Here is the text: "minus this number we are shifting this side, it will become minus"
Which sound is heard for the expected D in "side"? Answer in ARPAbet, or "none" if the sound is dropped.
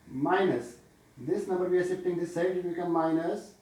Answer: none